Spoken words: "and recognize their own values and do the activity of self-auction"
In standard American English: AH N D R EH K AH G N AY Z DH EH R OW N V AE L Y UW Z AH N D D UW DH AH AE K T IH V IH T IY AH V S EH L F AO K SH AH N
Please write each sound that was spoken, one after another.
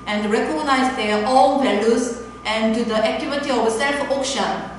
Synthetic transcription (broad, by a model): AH N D R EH K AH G N AY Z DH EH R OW L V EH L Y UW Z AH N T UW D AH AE K T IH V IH T IY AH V S EH L F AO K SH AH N